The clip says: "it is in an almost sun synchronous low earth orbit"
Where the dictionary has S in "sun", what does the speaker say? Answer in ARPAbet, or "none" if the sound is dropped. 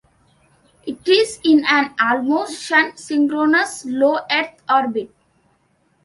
SH